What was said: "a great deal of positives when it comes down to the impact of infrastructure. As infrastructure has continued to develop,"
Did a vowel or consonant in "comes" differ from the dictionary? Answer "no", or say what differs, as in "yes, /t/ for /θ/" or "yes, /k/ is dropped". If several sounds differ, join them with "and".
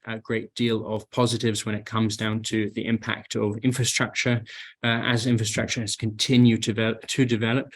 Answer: no